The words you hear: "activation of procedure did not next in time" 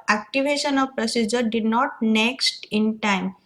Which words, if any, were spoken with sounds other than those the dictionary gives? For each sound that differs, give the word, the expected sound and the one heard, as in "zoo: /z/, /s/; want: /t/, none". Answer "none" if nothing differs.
none